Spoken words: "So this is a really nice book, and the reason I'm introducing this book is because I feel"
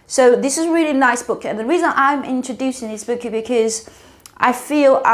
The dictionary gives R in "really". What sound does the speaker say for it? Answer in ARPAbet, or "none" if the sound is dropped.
R